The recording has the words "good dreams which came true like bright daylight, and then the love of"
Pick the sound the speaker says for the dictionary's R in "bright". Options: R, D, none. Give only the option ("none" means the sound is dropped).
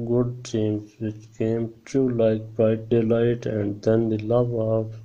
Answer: none